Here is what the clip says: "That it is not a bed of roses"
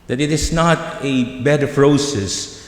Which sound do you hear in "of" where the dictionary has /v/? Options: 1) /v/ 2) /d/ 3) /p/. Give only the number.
3